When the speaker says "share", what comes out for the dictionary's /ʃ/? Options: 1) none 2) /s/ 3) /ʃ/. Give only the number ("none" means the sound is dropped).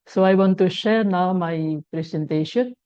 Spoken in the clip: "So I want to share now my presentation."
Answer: 3